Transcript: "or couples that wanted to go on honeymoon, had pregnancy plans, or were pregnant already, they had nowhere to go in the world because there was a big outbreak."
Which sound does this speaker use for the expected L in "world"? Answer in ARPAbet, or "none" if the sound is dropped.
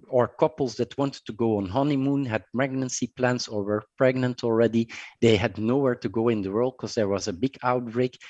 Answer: L